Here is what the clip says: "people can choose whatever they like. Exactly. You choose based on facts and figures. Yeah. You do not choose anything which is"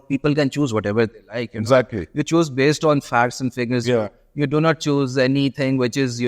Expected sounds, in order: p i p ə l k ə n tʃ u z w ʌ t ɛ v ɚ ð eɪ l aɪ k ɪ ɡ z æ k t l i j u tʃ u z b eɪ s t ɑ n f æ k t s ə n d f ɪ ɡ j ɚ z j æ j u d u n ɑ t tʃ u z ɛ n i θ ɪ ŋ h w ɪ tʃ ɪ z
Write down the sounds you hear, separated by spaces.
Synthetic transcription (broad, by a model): p i p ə l k ə n tʃ u z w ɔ t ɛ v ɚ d eɪ l aɪ k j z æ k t l i j u tʃ u z b eɪ s t ɑ n f æ k t s ə n d f ɪ ɡ ɚ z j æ j u d u n ɑ t tʃ u z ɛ n i t ɪ ŋ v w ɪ tʃ ɪ z